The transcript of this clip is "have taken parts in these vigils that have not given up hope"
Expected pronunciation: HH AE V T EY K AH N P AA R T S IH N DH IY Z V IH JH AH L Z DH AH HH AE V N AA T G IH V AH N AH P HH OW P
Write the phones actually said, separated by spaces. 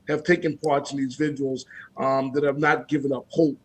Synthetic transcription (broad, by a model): HH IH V T EY K AH N P AA R T S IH N DH IY Z V IH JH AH L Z DH AH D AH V N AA T G IH V AH N AH P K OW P